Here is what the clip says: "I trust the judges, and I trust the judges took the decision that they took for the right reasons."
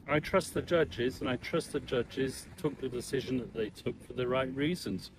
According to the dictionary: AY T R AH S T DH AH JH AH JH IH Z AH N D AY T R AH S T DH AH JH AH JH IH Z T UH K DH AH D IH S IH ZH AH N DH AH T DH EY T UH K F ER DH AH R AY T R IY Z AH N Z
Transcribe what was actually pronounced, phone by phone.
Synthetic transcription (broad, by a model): AY T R AH S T DH AH JH AH JH IH Z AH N AY T R AH S T DH AH JH AH JH IH Z T UH K DH AH D IH S IH ZH AH N DH AH T DH EY T UH K F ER DH AH R AY T R IY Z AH N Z